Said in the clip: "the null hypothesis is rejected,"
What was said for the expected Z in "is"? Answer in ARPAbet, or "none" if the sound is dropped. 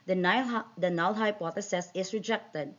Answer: S